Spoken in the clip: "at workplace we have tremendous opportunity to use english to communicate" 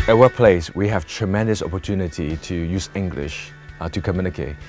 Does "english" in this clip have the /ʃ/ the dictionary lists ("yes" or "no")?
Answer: yes